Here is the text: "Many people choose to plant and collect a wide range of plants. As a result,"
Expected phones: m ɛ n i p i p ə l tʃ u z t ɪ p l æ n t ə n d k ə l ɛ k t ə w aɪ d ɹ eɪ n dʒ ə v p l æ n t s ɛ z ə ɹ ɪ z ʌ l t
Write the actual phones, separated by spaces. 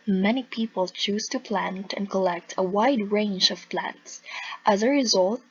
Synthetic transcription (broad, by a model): m ɛ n i p i p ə l tʃ u z t ɪ p l æ n t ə n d k ə l ɛ k t ə w aɪ d ɹ eɪ n dʒ ə v p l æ n t s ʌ z ə ɹ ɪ z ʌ l t